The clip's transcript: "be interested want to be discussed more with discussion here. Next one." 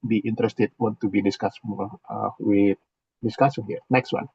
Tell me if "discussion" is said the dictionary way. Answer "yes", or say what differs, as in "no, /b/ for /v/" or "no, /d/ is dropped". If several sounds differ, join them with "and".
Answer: no, /s/ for /ʃ/